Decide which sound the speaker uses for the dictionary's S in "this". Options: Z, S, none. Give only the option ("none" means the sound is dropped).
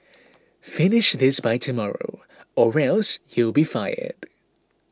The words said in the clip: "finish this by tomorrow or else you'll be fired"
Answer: S